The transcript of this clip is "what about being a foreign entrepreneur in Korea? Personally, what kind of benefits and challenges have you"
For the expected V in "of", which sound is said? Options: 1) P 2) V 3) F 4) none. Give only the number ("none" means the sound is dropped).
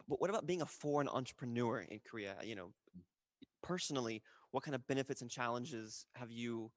2